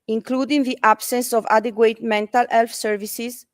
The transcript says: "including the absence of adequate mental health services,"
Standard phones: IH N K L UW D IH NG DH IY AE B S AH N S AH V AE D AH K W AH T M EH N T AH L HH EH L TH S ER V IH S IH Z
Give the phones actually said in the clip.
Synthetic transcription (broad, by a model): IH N K L UW D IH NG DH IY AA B S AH N S AH V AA D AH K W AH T M EH N T AH L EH L F S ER V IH S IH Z